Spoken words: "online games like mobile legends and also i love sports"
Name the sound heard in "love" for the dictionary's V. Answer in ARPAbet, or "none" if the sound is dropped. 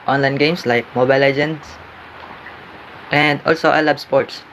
B